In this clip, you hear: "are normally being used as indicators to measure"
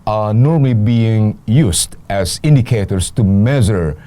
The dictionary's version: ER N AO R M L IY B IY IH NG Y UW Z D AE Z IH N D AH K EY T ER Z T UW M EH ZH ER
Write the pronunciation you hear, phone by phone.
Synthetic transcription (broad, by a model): N AO R M L IY B IY IH NG Y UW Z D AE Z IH N D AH K EY T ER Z T UW M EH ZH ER